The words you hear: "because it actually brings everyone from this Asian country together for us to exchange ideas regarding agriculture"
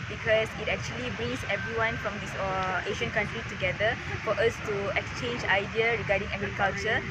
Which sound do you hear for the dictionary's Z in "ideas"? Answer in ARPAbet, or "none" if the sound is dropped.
none